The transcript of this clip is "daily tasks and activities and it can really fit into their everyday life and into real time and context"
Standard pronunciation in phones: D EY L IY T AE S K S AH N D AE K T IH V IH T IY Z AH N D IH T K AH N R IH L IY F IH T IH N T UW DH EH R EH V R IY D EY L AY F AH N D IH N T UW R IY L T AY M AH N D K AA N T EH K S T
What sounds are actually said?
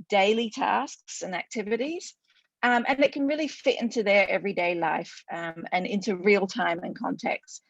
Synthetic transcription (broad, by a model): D EY L IY T AE S K S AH N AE K T IH V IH T IY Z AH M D IH T K AH N R IH L IY F IH T IH N T UW DH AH R EH V R IY D EY L AY F AH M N IH N T UW R IY L T AY M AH N K AA N T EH K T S